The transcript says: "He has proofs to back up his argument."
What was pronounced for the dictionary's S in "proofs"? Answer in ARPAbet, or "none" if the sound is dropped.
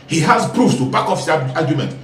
none